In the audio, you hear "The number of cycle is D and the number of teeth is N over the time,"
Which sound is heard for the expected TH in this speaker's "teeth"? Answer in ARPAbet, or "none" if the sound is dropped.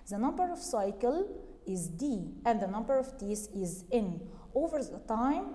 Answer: S